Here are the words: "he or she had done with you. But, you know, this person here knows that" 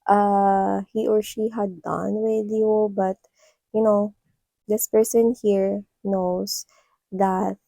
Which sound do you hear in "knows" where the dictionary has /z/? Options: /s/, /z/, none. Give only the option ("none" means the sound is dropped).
/s/